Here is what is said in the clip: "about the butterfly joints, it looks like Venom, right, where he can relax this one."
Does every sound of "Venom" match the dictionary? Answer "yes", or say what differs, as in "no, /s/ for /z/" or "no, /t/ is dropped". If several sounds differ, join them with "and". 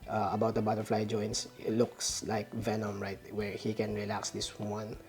yes